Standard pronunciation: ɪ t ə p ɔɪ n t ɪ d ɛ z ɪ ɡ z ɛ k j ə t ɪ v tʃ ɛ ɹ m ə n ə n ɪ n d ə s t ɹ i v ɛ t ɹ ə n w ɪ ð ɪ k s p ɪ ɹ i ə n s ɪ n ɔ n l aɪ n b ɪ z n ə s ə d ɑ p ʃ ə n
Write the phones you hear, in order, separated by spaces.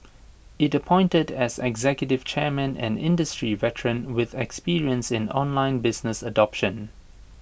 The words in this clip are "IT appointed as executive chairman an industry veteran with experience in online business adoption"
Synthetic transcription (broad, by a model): ɪ t ə p ɔɪ n t ɪ d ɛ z ɪ ɡ z ɛ k j ə t ɪ v tʃ ɛ ɹ m ə n ə n ɪ n d ə s t ɹ i v ɛ t ɹ ə n w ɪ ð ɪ k s p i ɹ i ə n s ɪ n ɔ n l aɪ n b ɪ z n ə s ə d ɑ p ʃ ə n